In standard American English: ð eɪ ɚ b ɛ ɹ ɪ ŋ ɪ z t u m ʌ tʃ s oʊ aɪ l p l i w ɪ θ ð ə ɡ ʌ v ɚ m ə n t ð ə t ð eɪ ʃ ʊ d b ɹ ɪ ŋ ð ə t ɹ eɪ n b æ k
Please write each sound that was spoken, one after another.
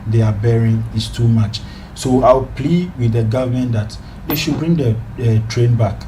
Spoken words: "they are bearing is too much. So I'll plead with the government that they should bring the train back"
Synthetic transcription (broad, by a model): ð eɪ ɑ b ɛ ɹ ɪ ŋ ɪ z t u m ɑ tʃ s oʊ aɪ w p l i w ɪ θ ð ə ɡ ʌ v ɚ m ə n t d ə t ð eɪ ʃ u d b ɹ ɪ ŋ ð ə t ɹ eɪ n b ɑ k